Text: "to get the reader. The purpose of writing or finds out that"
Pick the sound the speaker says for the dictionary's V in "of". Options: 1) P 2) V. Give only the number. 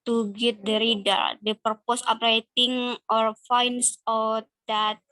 1